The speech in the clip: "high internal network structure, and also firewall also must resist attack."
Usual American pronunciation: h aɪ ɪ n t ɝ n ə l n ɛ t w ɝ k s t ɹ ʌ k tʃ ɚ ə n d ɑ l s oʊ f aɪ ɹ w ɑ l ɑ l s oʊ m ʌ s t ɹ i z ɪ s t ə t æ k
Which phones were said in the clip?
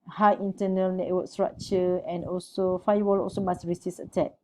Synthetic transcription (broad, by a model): h aɪ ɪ n t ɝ n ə l n ɛ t w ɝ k s t ɹ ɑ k tʃ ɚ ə n ɑ l s oʊ f aɪ w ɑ l ɑ l s oʊ m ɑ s ɹ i s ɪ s ə t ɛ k